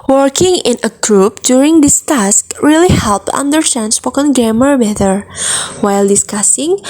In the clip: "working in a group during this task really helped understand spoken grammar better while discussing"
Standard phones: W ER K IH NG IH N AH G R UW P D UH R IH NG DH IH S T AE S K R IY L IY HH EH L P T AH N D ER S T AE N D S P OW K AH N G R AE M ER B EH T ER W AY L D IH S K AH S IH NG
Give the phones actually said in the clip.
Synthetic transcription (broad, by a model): W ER K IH NG IH N AH G R UW P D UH R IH NG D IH S T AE S K R IY L IY HH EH L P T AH N D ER T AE N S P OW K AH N G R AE M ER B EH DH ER W AY L D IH S K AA S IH NG